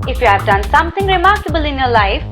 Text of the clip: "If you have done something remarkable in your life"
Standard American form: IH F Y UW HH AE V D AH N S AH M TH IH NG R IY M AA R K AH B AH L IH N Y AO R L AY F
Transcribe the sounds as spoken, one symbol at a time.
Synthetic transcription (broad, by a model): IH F Y UW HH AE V D AH N S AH M T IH NG R IY M AA R K AH B AH L IH N Y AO L AY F